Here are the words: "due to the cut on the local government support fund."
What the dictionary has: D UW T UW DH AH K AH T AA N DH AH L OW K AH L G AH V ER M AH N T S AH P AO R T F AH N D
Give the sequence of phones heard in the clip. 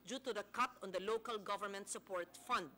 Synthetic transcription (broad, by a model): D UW T UW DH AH K AH T AA N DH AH L OW K AH L G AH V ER M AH N T S AH P AO R T F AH N D